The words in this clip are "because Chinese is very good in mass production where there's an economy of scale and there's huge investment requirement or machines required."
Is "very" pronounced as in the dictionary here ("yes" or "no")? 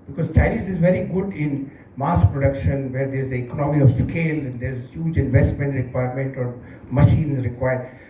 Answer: yes